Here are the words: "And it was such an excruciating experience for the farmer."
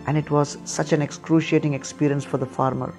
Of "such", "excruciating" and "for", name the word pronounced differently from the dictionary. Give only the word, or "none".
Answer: none